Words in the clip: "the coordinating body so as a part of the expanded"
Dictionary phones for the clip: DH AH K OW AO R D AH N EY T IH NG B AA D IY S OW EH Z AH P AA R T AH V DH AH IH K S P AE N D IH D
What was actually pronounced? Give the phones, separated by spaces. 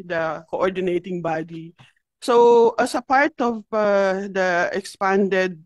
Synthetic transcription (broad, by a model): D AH K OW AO R D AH N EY T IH NG B AA D IY S OW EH S AH P AA R T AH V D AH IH K S P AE N D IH D